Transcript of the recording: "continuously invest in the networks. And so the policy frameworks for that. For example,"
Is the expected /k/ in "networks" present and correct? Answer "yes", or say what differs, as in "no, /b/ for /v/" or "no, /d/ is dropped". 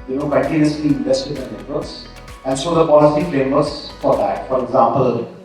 no, /k/ is dropped